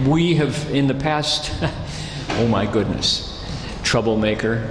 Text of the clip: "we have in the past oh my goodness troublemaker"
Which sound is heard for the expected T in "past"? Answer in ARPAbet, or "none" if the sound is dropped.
T